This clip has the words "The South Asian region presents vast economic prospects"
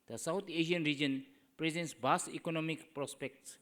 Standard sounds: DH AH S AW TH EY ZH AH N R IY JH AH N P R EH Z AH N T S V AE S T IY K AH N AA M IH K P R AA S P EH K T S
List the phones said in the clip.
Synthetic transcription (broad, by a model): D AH S AW T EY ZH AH N R IY JH AH N P R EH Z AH N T S B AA S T IY K AH N AA M IH K P R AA S P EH K T S